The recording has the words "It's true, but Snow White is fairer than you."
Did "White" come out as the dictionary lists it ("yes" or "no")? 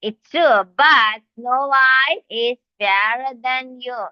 no